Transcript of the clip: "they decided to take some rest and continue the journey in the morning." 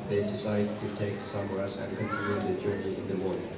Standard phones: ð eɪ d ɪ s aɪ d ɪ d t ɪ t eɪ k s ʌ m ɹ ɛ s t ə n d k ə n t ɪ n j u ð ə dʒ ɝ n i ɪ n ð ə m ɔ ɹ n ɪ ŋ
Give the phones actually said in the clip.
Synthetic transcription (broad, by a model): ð eɪ d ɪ s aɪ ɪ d t ɪ t eɪ k s ʌ m w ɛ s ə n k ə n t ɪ j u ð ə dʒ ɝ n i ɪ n ð ə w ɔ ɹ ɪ